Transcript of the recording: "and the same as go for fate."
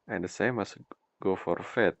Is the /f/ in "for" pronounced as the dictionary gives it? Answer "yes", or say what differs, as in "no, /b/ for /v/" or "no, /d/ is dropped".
yes